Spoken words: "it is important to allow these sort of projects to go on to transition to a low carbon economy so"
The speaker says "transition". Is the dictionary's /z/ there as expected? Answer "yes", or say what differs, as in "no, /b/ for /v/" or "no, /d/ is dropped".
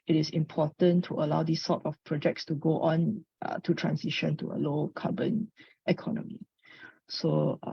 no, /s/ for /z/